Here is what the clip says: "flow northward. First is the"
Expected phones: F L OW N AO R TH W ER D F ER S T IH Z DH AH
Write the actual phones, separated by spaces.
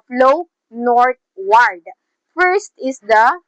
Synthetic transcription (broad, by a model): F L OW N AO R T W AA D F ER S T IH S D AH